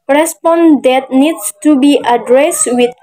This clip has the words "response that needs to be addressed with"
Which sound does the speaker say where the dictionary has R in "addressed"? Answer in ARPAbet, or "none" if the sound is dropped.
R